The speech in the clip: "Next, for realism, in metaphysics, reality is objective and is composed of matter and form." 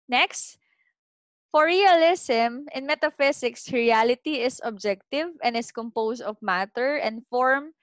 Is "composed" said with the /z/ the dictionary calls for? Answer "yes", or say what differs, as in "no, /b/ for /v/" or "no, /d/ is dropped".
no, /s/ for /z/